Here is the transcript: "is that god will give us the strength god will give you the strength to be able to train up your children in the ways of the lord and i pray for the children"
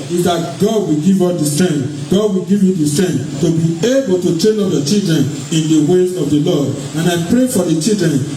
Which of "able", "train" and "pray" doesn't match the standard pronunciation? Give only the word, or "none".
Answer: train